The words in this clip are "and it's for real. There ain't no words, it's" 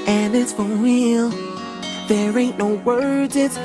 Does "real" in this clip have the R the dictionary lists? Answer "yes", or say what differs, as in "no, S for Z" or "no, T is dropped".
no, W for R